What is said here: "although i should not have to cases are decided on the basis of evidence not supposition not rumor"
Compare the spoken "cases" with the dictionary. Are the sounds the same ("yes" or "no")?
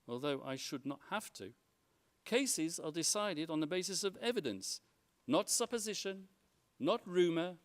yes